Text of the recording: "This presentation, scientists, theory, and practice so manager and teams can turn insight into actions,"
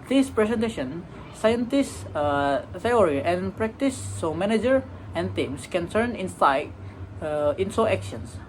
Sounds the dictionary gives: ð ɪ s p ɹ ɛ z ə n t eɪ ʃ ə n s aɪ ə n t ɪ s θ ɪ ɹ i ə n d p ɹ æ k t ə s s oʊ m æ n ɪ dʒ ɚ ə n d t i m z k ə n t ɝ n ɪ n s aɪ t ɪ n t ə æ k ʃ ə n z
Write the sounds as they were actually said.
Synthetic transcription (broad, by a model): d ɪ s p ɹ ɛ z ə n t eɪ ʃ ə n s aɪ ə n t ɪ s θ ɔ ɹ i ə n p ɹ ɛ k t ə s s oʊ m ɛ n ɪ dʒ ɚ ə n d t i m s k ə n s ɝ n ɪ n s aɪ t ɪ n s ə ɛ k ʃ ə n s